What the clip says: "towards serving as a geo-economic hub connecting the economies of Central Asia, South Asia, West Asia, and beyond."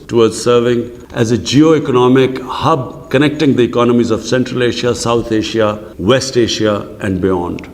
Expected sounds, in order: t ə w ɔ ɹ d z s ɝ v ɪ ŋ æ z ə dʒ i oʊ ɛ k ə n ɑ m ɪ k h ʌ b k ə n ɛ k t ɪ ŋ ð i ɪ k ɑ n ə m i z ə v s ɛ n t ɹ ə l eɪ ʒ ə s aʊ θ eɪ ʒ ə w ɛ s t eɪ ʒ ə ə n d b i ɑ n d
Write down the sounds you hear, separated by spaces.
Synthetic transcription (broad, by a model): t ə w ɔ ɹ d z s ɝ v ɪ ŋ æ z ə dʒ i oʊ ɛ k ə n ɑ m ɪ k h ʌ b k ə n ɛ k t ɪ ŋ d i ɪ k ɑ n ə m i z ə v s ɛ n t ɹ ə l eɪ ʃ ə s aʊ t eɪ ʃ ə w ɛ s t eɪ ʃ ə ə n d b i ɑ n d